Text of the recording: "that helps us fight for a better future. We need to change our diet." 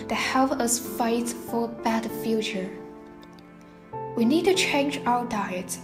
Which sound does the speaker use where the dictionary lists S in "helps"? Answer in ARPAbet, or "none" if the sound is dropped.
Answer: none